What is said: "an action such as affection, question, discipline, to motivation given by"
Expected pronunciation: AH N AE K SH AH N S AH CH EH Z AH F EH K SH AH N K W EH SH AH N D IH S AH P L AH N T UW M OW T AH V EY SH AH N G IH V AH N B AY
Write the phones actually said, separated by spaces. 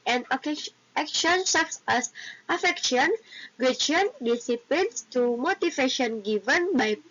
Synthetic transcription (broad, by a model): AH N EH K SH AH N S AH S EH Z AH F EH K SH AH N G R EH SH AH N D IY S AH P L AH N T UW M OW T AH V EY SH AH N G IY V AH N B AY